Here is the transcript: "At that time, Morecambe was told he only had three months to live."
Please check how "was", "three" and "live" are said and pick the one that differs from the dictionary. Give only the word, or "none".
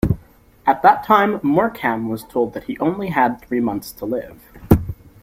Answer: none